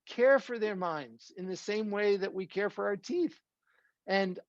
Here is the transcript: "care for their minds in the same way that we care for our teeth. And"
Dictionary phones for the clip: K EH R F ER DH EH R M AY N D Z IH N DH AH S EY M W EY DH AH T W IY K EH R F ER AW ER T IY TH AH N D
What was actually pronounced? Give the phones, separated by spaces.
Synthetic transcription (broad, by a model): K EH R F ER DH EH R M AY N D Z IH N DH AH S EY M W EY DH AH T W IY K EH R F ER AW ER T IY TH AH N